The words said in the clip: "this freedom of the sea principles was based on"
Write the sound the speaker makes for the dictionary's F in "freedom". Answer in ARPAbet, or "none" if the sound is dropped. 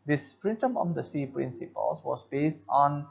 P